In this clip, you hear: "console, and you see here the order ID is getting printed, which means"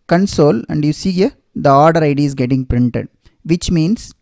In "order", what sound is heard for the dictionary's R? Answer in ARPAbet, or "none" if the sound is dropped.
R